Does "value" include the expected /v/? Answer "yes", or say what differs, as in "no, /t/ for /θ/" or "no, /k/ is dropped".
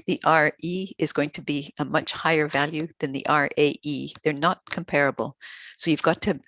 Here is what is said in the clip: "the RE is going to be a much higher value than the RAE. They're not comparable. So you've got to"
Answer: yes